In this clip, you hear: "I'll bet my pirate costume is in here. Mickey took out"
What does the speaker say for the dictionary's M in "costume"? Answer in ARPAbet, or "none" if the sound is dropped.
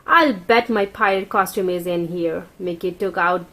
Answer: M